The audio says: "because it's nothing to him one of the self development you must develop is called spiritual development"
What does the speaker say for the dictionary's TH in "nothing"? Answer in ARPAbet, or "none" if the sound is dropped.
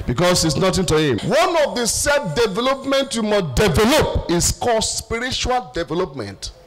T